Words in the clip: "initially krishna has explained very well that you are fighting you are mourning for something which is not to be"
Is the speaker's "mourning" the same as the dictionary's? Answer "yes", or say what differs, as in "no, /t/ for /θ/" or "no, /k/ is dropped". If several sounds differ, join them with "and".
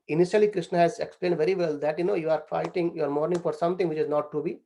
yes